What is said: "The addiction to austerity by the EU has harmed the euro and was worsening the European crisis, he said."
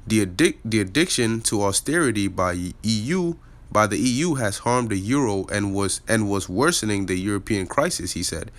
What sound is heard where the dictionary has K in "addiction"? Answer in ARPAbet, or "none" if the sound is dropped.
K